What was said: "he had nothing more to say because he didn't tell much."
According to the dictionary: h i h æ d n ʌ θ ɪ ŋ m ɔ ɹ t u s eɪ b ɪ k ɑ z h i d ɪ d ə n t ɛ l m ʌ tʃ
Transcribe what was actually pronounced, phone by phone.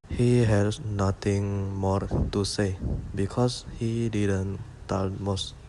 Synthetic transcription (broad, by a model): h i h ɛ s n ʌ t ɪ ŋ m ɔ ɹ t u s eɪ b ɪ k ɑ s h i d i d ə n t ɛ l m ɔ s